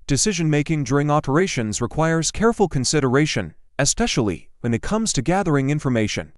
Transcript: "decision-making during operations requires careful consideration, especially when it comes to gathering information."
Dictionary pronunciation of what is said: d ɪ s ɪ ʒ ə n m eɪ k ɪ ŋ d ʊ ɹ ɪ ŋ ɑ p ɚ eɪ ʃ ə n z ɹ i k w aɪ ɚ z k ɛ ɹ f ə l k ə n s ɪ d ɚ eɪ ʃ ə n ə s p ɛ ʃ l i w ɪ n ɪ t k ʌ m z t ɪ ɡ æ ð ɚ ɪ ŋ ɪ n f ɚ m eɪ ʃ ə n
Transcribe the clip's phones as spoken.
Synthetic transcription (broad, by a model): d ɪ s ɪ ʒ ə n m eɪ k ɪ ŋ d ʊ ɹ ɪ ŋ ɑ p ɚ eɪ ʃ ə n z ɹ i k w aɪ ɚ z k ɛ ɹ f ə l k ə n s ɪ d ɚ eɪ ʃ ə n ə s p ɛ ʃ l i w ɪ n ɪ t k ʌ m z t ɪ ɡ æ ð ɚ ɪ ŋ ɪ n f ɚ m eɪ ʃ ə n